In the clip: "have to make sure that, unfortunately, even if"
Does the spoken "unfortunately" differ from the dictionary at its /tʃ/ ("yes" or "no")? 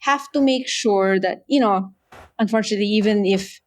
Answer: no